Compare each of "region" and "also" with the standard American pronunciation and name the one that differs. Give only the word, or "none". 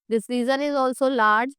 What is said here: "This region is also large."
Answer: region